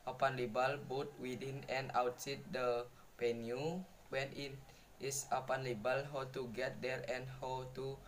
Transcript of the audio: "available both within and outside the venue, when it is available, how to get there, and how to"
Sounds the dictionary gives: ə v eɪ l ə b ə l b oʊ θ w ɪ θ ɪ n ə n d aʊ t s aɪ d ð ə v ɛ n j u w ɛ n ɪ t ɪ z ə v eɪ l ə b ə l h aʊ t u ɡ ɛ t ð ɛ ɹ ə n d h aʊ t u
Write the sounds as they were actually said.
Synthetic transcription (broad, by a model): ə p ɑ l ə b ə l b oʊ t w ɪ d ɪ n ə n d aʊ t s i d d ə p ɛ n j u w ɛ n ɪ t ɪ s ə p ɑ l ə b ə l h aʊ t u ɡ ɛ t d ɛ ɹ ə n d h aʊ t u